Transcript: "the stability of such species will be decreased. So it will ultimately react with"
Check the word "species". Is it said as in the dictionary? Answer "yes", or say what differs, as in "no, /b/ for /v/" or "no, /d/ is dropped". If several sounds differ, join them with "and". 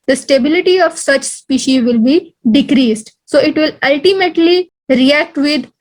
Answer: yes